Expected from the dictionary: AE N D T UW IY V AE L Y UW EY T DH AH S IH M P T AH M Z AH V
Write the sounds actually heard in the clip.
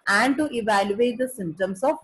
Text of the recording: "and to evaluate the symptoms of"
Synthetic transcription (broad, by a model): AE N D T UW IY V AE L Y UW EY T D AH S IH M T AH M S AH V